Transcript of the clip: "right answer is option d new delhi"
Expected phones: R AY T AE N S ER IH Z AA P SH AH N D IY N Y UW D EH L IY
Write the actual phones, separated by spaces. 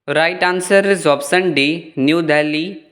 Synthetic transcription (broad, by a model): R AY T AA N S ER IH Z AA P S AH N D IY N Y UW D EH L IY